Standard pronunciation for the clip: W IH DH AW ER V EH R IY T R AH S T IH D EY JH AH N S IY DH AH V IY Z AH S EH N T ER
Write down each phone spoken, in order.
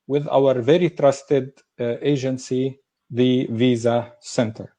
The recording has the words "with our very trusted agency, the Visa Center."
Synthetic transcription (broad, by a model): W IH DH AW ER V EH R IY T R AH S T IH D EY JH AH N S IY DH AH V IY Z AH S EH N T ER